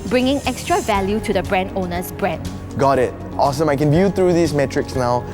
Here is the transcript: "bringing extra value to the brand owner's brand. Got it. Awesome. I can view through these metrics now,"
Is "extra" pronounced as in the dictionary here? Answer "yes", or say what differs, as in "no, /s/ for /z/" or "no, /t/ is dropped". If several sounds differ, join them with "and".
yes